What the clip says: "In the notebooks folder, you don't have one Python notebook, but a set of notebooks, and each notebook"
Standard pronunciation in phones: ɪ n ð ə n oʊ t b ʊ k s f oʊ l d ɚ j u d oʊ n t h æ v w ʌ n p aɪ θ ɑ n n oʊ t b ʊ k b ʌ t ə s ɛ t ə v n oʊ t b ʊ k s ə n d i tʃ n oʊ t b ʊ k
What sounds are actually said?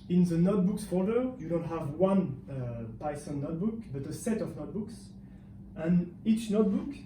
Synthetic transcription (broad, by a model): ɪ n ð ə n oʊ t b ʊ k s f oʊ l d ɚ j u d oʊ n t h æ v w ʌ n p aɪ s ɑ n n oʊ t b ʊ k b ʌ t ə s ɛ t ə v n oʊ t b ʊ k s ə n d i tʃ n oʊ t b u k